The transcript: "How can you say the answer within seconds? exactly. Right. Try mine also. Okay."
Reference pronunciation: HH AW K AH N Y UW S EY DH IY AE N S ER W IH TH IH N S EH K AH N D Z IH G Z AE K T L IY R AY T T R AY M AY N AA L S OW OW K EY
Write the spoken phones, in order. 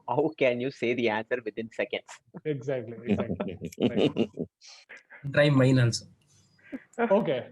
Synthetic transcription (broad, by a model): HH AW K AH N Y UW S EY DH IY AE N S ER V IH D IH N S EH K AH N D S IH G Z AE K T L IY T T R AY M AY N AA N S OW OW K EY